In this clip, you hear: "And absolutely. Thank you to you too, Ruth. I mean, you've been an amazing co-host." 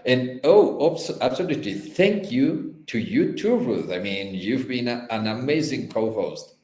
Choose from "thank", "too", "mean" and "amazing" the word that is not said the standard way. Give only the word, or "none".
none